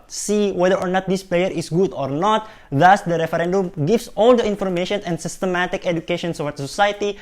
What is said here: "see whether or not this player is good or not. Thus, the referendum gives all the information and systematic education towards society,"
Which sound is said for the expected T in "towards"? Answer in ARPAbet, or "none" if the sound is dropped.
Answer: S